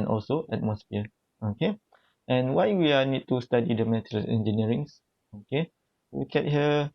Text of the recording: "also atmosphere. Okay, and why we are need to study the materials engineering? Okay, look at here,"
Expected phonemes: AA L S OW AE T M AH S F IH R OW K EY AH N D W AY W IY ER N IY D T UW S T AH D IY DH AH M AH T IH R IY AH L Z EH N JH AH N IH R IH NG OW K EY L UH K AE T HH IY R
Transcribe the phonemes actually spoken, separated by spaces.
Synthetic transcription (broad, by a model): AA L S OW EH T M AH S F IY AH OW K EY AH N W AY W IY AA N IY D T UW S T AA D IY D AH M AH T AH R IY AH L EH N JH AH N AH R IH NG OW K EY W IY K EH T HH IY